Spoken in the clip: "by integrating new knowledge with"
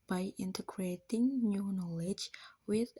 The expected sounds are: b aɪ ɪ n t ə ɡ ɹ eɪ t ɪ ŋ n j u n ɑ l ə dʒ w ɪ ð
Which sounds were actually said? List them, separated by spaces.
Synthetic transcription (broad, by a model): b aɪ ɪ n t ə ɡ ɹ eɪ t ɪ ŋ n j u n ɑ l ə dʒ w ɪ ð